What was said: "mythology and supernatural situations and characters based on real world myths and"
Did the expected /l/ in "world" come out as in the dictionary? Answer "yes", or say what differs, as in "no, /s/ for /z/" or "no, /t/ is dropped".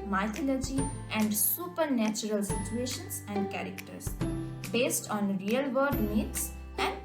no, /l/ is dropped